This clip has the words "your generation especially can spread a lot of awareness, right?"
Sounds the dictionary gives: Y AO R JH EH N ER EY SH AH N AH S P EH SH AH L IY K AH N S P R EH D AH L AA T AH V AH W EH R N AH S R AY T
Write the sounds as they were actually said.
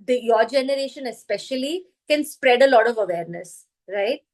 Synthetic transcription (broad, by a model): Y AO R JH EH N ER EY SH AH N AH S P EH SH AH L IY K AH N S P R EH D AH L AA T AH V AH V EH R N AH S R AY T